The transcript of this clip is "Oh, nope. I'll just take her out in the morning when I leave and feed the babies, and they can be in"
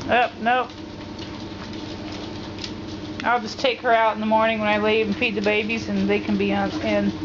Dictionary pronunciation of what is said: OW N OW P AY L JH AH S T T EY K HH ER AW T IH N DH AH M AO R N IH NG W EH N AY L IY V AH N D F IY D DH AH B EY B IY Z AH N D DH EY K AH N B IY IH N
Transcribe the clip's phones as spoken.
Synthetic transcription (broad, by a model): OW N OW AY L JH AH S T T EY K HH ER AW T N DH AH M AO R N IH NG W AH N AY L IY AH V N F IY D DH AH B EY B IY Z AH N DH EY K AH N B IY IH N